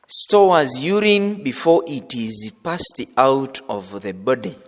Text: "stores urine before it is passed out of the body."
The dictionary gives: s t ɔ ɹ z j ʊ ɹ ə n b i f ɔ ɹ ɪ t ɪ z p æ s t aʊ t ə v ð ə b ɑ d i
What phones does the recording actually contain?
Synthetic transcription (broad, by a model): s t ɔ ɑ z j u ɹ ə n b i f ɔ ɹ ɪ t ɪ z p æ s t aʊ t ə v ð ə b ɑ d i